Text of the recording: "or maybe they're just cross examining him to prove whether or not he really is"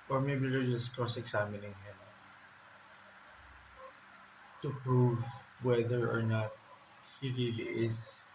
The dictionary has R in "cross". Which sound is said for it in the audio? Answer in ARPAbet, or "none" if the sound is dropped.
none